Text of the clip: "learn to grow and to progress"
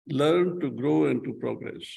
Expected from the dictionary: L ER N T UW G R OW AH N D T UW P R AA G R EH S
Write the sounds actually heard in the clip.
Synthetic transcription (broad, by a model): L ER N T UW G R OW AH N T UW P R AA G R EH S